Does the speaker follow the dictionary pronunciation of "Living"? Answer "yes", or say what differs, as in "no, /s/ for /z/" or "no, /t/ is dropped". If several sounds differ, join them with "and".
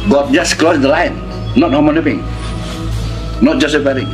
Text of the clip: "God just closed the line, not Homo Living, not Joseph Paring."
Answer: no, /n/ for /l/ and /p/ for /v/